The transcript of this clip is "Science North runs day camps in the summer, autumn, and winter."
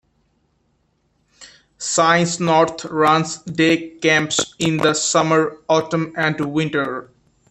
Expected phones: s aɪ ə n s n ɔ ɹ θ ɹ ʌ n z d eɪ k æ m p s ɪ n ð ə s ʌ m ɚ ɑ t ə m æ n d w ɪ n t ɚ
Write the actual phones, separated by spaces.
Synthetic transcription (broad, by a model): s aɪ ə n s n ɔ ɹ t ɹ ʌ n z d eɪ k æ m p s ɪ n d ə s ʌ m ɚ ɑ t ə m æ n d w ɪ n t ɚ